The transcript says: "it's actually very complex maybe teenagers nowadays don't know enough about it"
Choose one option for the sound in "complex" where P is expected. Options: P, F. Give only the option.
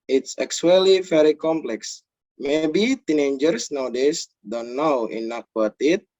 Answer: P